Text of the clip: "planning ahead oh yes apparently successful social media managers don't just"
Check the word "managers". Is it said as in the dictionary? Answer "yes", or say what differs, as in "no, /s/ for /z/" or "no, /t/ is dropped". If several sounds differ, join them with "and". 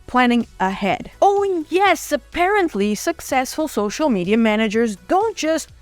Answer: yes